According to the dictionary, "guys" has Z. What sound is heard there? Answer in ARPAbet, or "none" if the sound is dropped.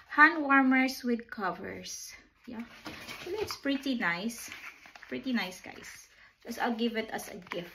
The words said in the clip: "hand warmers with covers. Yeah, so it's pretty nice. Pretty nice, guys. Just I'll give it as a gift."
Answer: S